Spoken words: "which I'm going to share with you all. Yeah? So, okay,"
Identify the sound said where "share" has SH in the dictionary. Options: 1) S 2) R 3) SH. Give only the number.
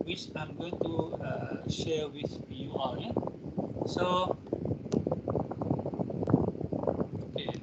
3